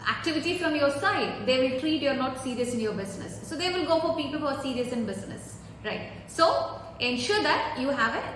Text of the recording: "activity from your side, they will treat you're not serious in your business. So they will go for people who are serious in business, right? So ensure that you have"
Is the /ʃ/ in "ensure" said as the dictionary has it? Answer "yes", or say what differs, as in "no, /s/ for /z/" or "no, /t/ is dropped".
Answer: yes